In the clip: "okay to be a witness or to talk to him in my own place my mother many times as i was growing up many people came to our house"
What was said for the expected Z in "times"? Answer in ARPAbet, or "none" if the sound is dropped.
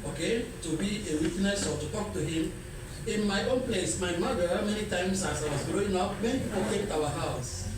S